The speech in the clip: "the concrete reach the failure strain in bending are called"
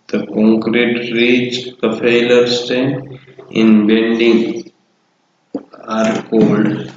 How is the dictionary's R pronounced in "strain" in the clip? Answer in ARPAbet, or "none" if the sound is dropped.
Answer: none